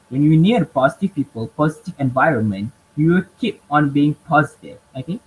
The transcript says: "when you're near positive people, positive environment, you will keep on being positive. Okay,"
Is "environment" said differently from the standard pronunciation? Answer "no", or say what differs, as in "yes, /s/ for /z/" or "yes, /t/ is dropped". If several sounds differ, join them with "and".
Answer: no